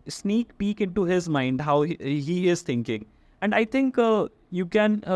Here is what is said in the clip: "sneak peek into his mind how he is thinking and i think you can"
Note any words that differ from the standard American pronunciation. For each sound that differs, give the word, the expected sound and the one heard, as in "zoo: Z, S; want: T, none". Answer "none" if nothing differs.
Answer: thinking: TH, T; think: TH, T